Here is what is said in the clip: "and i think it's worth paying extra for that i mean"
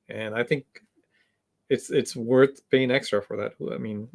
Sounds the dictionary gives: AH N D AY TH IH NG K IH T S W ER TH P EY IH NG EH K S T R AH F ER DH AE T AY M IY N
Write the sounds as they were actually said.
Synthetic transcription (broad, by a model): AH N AY TH IH NG K IH T S W ER TH B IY IH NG EH K S T R AH F ER DH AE T AY M IY N